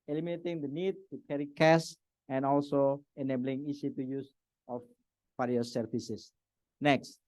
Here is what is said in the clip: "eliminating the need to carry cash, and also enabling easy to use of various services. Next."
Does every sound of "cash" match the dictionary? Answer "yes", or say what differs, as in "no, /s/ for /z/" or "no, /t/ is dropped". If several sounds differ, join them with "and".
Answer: no, /s/ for /ʃ/